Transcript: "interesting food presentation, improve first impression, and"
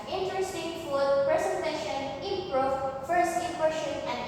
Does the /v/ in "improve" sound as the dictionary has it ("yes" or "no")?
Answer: no